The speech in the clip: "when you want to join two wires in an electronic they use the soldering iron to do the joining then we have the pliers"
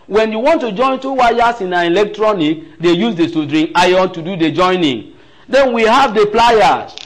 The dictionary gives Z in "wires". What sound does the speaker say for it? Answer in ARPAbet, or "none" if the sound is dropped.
S